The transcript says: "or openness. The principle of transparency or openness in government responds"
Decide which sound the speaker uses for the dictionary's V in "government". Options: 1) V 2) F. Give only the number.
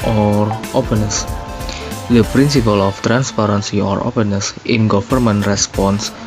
2